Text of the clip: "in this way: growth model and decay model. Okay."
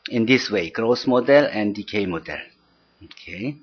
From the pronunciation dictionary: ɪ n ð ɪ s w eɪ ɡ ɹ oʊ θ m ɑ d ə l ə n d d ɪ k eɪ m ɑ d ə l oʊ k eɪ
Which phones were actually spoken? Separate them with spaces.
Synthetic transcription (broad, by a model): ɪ n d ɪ s w eɪ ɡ ɹ oʊ s m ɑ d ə l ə n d d ɪ k eɪ m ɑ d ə l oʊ k eɪ